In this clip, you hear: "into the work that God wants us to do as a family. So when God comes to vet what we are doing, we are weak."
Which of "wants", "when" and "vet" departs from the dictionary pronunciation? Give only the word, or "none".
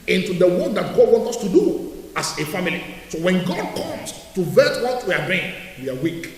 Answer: wants